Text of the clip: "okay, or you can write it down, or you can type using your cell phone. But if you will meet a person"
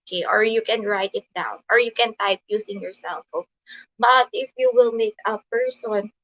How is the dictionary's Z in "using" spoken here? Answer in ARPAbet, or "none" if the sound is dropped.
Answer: S